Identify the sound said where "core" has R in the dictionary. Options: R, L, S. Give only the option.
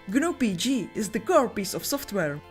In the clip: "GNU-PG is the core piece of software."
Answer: R